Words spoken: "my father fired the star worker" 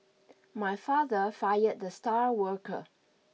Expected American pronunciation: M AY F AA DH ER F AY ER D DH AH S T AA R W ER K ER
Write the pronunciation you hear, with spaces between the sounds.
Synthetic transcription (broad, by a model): M AY F AA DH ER F AY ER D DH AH S T AA R W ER K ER